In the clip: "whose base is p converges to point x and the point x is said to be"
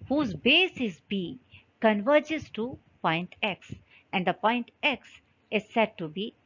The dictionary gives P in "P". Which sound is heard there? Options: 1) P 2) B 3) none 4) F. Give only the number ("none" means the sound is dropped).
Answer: 2